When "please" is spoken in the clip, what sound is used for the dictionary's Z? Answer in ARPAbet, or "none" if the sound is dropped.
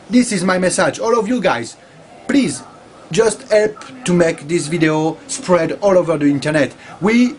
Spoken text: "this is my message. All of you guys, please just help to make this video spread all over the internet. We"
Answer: Z